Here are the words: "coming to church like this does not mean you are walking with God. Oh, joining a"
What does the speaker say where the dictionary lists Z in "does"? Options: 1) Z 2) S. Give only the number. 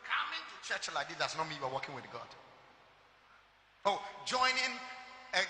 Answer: 2